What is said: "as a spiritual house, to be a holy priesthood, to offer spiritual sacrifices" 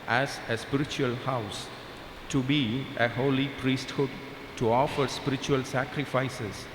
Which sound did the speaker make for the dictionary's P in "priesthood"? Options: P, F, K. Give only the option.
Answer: P